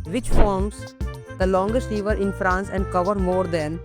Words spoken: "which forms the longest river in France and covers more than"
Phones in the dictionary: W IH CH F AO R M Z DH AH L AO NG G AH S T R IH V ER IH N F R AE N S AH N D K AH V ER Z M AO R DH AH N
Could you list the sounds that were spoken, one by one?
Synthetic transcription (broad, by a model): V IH CH F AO R M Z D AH L AO NG G AH S T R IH V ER IH N F R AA N S AH N D K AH V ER M AO R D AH N